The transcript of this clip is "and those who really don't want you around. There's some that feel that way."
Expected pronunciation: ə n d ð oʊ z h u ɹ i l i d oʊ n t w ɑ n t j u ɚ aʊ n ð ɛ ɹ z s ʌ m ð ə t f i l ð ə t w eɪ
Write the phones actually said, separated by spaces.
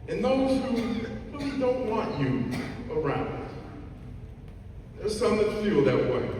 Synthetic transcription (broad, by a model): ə n ð oʊ z h u w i w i d oʊ n t w ɑ n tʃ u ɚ aʊ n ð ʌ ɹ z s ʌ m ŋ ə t f i l ð ə t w eɪ